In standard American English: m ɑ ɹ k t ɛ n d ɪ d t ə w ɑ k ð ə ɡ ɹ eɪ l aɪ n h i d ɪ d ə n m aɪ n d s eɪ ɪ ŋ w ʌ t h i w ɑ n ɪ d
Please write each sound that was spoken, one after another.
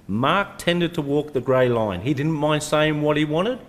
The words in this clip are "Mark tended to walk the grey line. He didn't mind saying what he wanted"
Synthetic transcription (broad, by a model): m ɑ ɹ k t ɛ n d ɪ d t ə w ɑ k ð ə ɡ ɹ eɪ l aɪ n i d ɪ d n m aɪ n d s eɪ ɪ ŋ w ʌ t h i w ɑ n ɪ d